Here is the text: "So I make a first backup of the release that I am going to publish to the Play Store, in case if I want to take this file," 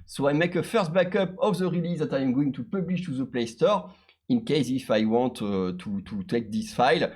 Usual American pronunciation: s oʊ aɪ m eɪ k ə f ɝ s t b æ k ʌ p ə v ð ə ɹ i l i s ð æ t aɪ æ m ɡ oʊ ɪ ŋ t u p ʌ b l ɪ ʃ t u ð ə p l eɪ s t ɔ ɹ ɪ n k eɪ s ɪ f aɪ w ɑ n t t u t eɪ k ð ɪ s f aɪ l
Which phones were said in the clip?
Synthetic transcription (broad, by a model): s oʊ aɪ m eɪ k ə f ɝ s t b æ k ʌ p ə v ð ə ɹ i l i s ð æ t aɪ m ɡ oʊ ɪ ŋ t u p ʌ b l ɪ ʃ t u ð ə p l eɪ s t ɔ ɹ ɪ n k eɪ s ɪ f aɪ w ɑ n t t u t eɪ k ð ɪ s f aɪ l